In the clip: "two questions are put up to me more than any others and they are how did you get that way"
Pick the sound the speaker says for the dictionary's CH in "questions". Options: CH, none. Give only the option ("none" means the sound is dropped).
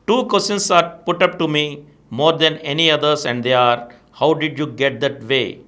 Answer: none